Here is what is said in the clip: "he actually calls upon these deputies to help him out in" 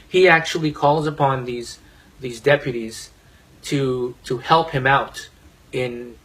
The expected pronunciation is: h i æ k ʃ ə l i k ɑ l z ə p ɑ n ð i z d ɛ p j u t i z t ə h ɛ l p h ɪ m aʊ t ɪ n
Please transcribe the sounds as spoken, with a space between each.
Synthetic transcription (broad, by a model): h i æ k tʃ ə l i k ɑ l z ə p ɑ n ð i z d ɛ p j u t i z t ə h ɛ l p h ɪ m aʊ t ɪ n